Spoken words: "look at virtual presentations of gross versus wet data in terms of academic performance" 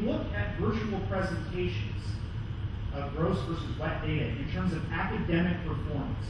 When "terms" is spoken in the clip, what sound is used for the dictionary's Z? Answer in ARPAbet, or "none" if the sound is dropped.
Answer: Z